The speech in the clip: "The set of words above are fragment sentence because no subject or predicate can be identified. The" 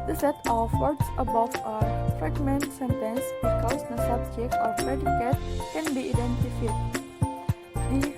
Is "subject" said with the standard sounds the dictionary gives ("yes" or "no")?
no